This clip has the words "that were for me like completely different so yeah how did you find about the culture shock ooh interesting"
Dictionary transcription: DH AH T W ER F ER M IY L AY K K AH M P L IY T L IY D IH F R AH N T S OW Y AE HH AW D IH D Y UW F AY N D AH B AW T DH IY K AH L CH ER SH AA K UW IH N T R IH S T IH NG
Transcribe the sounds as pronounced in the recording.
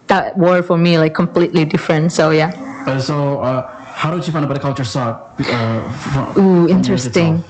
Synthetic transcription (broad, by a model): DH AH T W ER F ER M IY L AY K K AH M P L IY T L IY D IH F R AH N T S OW Y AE HH AW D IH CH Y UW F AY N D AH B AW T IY K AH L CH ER S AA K UW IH N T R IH S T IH NG